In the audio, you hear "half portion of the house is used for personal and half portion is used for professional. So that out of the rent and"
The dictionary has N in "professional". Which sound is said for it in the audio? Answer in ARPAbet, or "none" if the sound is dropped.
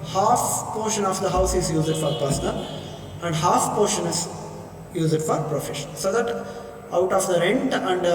none